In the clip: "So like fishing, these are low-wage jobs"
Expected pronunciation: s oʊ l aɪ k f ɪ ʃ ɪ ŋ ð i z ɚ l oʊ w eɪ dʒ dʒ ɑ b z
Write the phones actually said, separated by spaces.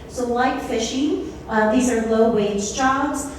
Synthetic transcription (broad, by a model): s oʊ l aɪ k f ɪ ʃ ɪ ŋ ð i z ɚ l oʊ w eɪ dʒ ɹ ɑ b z